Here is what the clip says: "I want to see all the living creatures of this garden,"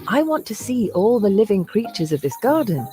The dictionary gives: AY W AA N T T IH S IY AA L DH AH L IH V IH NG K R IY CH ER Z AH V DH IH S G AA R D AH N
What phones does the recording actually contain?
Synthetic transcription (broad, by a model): AY W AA N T T IH S IY AA L DH AH L IH V IH NG K R IY CH ER Z AH V DH IH S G AA R D N